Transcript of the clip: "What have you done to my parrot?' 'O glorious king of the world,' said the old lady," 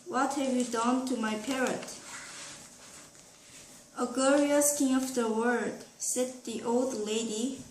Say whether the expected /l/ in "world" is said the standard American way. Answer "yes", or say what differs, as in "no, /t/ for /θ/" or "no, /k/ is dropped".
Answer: no, /l/ is dropped